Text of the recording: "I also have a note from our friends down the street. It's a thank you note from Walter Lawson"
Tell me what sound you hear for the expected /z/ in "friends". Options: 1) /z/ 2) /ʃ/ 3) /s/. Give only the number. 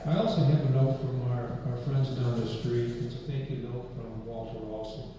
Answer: 1